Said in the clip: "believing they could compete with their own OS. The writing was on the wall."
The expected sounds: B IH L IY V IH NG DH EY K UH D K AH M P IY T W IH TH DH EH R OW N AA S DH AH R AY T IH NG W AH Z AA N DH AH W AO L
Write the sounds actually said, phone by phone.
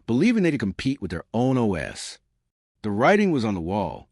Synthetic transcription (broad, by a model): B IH L IY V IH NG DH EY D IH K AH M P IY T W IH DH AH R OW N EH S DH AH R AY T IH NG W AH Z N DH AH W AO L